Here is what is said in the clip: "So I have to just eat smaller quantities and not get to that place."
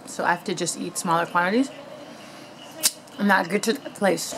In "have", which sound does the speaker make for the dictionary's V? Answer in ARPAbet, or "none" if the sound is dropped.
F